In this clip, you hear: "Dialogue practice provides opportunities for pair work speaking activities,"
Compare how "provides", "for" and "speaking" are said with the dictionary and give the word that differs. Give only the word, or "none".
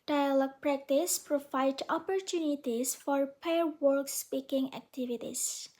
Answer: provides